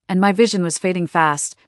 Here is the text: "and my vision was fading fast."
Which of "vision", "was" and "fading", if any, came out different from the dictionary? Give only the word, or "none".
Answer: none